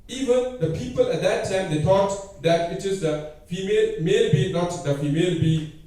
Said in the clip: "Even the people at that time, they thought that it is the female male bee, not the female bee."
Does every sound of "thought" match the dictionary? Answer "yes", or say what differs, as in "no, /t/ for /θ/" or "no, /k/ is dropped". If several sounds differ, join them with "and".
no, /t/ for /θ/